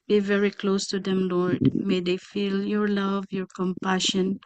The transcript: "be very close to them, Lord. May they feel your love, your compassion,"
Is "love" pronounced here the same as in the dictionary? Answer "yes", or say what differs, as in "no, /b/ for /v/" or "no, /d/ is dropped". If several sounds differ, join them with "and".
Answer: yes